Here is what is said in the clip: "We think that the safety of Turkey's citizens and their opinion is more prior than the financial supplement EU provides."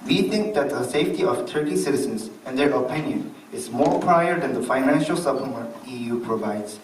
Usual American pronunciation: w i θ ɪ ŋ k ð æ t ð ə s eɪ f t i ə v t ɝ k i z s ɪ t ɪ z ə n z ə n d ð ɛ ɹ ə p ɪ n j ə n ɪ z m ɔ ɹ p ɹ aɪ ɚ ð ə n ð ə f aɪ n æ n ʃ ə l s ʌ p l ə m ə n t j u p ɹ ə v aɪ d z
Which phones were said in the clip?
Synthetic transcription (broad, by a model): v i t ɪ ŋ k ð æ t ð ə s eɪ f t i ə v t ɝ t i s ɪ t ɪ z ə n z ə n d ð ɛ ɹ ə p ɪ n j ə n ɪ z m ɔ ɹ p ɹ aɪ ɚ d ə n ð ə f aɪ n æ n ʃ ə l s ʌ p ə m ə t j u p ɹ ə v aɪ d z